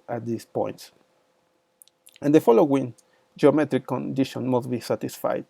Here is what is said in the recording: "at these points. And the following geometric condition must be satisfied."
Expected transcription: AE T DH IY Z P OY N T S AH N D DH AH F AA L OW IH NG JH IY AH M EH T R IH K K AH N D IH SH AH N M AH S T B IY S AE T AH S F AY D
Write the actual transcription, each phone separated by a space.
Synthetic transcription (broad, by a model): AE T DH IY S P OY N T S AH N D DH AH F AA L OW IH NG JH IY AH M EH T R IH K K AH N D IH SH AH N M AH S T B IY S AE T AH S F AY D